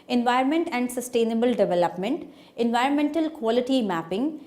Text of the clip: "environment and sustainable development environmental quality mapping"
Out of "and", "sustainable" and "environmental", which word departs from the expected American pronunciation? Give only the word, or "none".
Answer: none